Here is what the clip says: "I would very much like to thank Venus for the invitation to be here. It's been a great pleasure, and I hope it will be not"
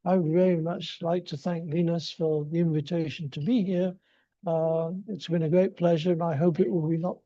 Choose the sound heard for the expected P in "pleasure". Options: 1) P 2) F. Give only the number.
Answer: 1